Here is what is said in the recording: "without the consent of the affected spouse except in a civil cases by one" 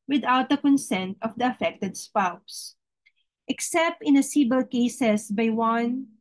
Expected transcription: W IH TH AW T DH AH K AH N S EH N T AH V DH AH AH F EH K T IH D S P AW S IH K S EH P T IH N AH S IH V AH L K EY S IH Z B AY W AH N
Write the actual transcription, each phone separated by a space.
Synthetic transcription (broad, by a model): W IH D AW T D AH K AH N S EH N T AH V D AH AH F EH K T IH D S P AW S IH K S EH P T IH N AH S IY B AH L K EY S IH S B AY W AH N